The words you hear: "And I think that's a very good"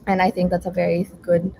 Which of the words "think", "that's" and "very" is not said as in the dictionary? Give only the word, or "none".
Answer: none